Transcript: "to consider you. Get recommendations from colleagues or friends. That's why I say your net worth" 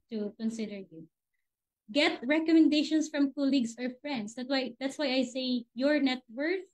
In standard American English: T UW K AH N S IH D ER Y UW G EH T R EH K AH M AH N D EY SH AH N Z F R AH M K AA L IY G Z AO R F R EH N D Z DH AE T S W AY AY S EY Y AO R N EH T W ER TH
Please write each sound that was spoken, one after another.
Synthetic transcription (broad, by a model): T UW K AH N S IH D ER Y UW G EH T R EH K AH M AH N D EY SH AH N S F R AH M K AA L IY G S AO R F R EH N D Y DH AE T S W AY AY S EY Y AO R N EH T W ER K